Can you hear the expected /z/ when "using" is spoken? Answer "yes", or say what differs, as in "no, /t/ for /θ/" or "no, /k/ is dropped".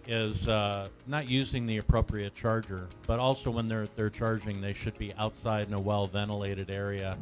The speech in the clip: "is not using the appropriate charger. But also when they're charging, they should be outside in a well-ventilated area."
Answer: yes